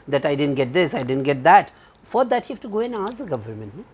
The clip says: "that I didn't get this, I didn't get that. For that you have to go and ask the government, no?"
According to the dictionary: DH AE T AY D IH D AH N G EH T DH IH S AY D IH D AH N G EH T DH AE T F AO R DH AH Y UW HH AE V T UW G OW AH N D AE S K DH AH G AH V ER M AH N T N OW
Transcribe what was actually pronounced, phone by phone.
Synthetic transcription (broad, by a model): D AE T AY D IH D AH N G EH T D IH S AY D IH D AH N G EH T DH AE T F AO R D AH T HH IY F T UW G OW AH N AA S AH G AH V ER M AH N T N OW